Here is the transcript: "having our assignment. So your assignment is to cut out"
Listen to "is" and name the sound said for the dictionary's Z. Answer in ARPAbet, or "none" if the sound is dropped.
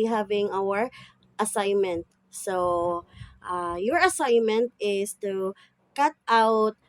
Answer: S